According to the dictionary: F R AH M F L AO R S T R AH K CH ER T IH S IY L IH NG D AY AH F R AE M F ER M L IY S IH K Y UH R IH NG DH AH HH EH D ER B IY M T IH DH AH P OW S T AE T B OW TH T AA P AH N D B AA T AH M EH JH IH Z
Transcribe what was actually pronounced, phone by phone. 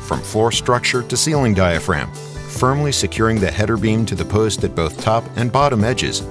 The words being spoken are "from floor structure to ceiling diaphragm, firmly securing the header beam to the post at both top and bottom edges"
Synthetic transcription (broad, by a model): F R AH M F AO R S T R AH K CH ER T IH S IY L IH NG D AY AH F R AE M F ER M L IY S IH K Y UH R IH NG DH AH HH EH D ER B IY M T IH DH AH P OW S T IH T B OW TH T AA P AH N B AA T AH M EH JH IH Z